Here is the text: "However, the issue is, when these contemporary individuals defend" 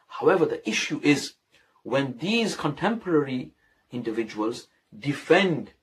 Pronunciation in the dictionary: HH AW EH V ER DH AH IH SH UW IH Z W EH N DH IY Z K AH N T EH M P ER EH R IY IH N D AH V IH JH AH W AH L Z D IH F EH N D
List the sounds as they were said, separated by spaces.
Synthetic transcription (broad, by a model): HH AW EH V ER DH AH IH SH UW IH Z W EH N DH IY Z K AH N T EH M P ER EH R IY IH N D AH V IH JH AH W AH L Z D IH F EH N D